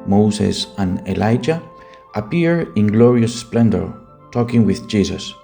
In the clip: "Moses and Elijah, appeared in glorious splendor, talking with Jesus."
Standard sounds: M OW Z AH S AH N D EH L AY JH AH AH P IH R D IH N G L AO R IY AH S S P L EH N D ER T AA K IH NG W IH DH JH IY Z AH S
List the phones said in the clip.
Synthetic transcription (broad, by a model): M OW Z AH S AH N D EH L AY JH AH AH P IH R IH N G L AO R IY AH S S P L EH N D ER T AA K IH NG W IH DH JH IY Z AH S